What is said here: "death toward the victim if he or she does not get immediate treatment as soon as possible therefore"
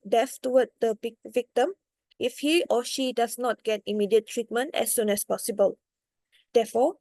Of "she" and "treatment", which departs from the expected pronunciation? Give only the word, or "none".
none